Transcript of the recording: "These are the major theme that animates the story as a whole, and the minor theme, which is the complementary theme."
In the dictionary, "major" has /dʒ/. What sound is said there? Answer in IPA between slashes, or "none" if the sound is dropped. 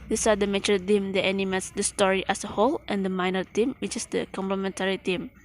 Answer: /tʃ/